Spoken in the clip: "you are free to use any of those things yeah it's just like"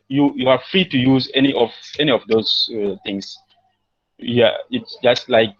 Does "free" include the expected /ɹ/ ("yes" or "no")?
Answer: yes